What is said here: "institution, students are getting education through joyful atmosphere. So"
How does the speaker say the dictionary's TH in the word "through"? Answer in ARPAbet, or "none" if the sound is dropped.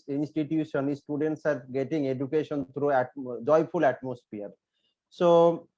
T